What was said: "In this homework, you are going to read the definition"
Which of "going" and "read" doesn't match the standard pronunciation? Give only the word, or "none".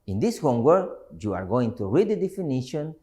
none